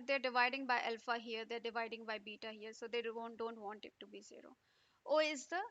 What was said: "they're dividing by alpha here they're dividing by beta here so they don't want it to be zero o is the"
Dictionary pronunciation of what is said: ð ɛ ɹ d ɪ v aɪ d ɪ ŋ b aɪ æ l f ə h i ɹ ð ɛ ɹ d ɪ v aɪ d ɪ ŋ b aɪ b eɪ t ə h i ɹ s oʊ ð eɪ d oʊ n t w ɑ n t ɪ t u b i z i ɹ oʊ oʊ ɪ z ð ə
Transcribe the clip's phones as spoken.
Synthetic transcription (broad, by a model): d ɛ ɹ d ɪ v aɪ d ɪ ŋ b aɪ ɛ l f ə h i ɹ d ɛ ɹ d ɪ v aɪ d ɪ ŋ b aɪ b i t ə h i ɹ s oʊ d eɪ d oʊ n t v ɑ n t ɪ t u b i z i ɹ oʊ oʊ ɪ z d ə